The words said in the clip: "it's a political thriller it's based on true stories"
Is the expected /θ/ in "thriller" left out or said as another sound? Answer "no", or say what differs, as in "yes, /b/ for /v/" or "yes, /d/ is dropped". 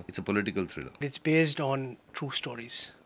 yes, /t/ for /θ/